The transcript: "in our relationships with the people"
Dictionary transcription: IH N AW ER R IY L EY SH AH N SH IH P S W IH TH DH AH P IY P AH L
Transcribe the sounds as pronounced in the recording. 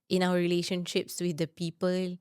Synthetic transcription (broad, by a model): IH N AW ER R IY L EY SH AH N SH IH P S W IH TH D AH P IY P AH L